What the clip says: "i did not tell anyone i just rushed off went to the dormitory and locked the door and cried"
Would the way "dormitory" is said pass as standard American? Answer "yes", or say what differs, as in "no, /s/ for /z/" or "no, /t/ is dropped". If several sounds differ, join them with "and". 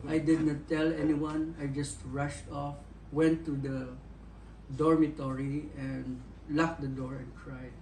yes